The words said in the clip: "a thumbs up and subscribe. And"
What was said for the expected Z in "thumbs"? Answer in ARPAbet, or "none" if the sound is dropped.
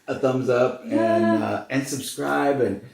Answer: Z